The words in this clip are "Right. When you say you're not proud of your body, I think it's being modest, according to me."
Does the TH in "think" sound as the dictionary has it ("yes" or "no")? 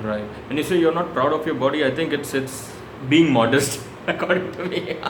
no